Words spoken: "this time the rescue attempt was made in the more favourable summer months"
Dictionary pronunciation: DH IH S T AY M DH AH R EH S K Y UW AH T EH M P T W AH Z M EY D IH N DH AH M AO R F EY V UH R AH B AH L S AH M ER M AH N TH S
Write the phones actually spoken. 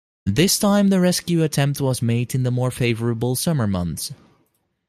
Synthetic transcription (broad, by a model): DH IH S T AY M DH AH R EH S K Y UW AH T EH M P T W AH Z M EY D IH N DH AH M AO R F EY V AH R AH B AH L S AH M ER M AH N TH S